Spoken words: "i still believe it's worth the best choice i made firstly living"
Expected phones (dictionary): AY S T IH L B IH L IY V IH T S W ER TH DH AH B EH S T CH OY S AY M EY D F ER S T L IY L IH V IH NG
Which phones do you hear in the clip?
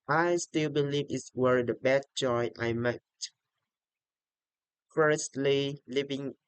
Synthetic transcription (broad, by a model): AY S T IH L B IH L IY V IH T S W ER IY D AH B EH T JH OY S AY M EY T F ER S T L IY L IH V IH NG